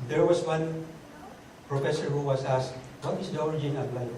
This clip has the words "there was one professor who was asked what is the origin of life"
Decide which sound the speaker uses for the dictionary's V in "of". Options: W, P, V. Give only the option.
P